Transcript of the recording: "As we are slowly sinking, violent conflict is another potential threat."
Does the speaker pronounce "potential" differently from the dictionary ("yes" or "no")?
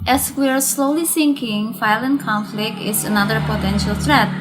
no